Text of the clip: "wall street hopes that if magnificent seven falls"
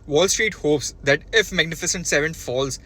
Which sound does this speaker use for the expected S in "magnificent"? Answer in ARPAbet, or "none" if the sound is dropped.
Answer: S